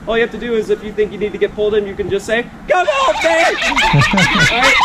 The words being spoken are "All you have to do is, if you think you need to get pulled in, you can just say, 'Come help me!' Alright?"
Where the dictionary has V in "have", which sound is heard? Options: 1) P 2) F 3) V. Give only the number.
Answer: 2